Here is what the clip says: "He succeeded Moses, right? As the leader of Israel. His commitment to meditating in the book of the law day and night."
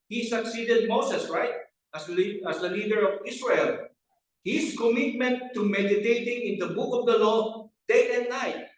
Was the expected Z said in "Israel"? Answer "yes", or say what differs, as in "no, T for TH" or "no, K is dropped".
no, S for Z